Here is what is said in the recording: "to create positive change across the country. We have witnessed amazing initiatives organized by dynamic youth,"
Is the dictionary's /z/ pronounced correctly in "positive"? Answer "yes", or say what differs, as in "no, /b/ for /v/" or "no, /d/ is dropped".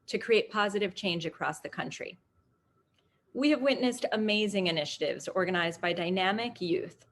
yes